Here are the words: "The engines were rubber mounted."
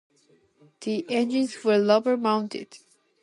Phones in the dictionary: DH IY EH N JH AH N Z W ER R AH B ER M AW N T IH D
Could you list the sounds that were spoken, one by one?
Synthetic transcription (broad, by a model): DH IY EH N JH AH N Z W ER L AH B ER M AW N T IH D